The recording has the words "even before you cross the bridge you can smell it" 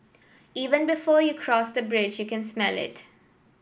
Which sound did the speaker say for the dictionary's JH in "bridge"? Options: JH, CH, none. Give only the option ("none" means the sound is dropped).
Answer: JH